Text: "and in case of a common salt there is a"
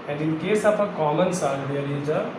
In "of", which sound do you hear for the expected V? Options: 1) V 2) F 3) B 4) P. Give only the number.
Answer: 4